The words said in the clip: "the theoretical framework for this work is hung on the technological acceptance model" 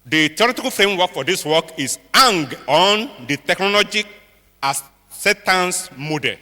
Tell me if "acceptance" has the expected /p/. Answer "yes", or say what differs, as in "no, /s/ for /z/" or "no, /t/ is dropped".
no, /p/ is dropped